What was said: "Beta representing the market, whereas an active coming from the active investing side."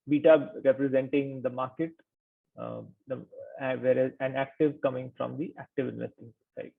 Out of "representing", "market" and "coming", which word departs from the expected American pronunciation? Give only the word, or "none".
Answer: none